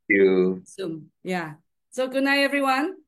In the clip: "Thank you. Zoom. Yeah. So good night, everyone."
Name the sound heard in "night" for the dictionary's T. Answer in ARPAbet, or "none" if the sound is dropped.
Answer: none